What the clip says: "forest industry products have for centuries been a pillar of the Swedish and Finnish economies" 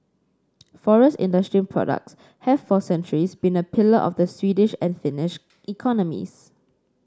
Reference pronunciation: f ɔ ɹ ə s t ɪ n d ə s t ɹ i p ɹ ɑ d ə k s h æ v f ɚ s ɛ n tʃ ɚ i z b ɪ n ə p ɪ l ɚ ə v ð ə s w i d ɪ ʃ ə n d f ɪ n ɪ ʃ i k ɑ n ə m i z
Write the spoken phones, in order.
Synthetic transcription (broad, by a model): f ɔ ɹ ə s t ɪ n d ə s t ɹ i p ɹ ɑ d ə k s h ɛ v f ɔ s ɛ n tʃ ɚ i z b ɪ n ə p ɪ l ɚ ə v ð ə s w i d ɪ ʃ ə n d f ɪ n ɪ ʃ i k ɑ n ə m i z